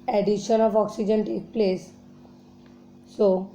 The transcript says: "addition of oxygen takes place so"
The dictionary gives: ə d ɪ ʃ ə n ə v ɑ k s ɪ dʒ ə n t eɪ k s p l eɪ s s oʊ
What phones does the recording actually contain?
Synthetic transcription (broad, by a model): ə d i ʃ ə n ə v ɑ k s ɪ dʒ ə n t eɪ k p l eɪ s s oʊ